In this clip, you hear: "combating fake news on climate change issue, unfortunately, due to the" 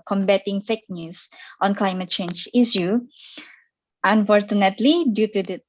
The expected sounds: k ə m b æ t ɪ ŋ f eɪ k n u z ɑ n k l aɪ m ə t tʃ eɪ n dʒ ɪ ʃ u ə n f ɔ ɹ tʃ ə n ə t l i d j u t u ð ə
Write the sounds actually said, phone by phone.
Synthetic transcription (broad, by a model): k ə m b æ t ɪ ŋ f eɪ k n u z ɑ n k l aɪ m ə t tʃ eɪ n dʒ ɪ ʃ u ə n f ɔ ɹ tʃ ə n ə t l i d j u t u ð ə